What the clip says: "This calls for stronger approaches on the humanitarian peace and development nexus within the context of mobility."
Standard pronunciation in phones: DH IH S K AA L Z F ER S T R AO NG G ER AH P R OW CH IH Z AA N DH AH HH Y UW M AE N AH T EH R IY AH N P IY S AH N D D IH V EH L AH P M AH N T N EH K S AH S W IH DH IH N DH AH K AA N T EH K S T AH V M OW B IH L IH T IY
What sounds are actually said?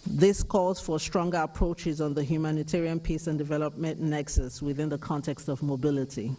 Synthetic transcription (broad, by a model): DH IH S K AA L Z F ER S T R AO NG G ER AH P R OW CH IH Z N DH AH HH Y UW M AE N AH T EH R IY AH N P IY S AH N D D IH V EH L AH P M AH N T N EH K S AH S W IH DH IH N DH AH K AA N T EH K S T AH V M OW B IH L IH T IY